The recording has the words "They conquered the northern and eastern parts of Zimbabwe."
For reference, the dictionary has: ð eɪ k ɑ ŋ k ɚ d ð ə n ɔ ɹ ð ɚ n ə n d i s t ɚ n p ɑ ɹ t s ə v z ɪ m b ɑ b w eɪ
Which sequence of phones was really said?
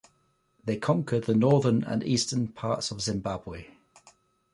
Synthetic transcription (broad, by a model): ð eɪ k ɑ ŋ k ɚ d ð ə n ɔ ð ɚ n ə n i s t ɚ n p ɑ t s ə v z ɪ m b ɑ b w eɪ